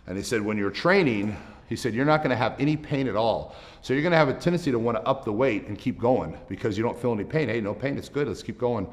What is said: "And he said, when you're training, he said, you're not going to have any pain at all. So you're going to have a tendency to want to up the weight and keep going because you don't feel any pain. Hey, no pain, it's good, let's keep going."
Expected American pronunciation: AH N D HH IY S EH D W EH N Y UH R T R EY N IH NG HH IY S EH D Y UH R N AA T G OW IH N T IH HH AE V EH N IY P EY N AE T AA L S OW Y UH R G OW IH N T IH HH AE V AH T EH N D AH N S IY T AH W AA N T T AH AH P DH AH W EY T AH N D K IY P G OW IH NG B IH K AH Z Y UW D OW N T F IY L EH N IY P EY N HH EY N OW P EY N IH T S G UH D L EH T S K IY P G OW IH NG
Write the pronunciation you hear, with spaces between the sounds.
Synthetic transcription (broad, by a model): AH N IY S EH D W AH N Y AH R T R EY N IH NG HH IY S EH D Y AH R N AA T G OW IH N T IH V EH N IY P EY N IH T AA L S OW Y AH R G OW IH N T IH V AH T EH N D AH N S IY T AH W AA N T T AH AH P DH AH W EY T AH N K IY P G OW IH NG B IH K AH Z Y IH D OW N T F IY L EH N IY P EY N HH EY N OW P EY N IH T S G UH D L EH T S K IY P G OW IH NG